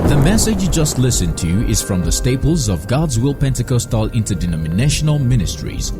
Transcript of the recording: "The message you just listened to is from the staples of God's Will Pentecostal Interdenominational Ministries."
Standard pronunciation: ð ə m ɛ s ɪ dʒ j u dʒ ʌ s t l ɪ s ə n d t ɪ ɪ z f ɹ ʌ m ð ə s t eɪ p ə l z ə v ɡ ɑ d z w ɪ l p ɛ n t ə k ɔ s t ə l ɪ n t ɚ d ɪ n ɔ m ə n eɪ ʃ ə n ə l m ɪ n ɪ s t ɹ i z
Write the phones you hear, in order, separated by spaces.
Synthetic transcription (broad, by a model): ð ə m ɛ s ɪ dʒ j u dʒ ʌ s t l ɪ s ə n t ɪ ɪ z f ɹ ʌ m ð ə s t eɪ p ə l z ə v ɡ ɑ d z w ɪ l p ɛ n t ə k ɔ s t ə l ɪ n t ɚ d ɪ n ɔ m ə n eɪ ʃ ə n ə l m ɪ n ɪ s t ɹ i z